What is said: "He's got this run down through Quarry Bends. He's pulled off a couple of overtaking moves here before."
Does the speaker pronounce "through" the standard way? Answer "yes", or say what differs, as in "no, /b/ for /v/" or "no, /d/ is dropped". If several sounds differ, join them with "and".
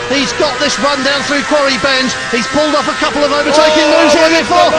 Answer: yes